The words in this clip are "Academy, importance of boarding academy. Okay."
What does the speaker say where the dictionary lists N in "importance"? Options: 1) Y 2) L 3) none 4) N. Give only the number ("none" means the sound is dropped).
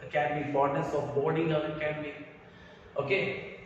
3